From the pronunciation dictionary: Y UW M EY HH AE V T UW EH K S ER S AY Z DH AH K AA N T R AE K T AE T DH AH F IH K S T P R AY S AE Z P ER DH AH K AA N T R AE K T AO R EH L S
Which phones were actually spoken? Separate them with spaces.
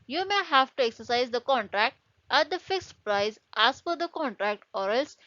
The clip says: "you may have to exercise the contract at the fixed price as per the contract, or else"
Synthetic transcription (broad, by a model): Y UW M EY HH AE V T UW EH K S ER S AY Z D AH K AA N T R AE K T AE T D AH F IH K S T P R AY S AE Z F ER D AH K AA N T R AE K T AO R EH L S